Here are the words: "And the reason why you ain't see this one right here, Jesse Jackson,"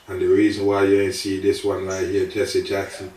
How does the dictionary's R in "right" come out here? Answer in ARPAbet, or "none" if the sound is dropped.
L